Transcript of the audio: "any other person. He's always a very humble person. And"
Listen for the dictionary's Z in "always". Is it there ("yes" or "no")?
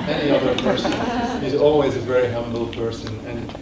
yes